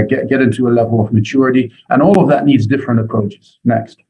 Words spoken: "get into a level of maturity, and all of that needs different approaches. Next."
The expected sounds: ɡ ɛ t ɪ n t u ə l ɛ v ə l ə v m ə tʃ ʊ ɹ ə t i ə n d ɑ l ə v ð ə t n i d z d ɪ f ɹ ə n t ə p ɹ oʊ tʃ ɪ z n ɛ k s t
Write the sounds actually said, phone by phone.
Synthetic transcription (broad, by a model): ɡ ɛ t ɪ n t u ə l ɛ v ə l ə v m ə tʃ ʊ ɹ ə t i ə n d ɑ l ə v ð ə t n i d z d ɪ f ɹ ə n t ə p ɹ oʊ tʃ ɪ z n ɛ k s t